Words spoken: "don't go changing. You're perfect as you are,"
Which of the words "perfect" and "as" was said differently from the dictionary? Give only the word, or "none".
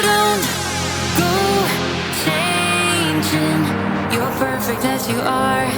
none